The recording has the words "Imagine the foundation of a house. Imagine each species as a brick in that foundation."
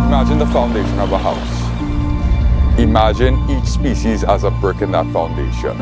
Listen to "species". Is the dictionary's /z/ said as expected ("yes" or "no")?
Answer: yes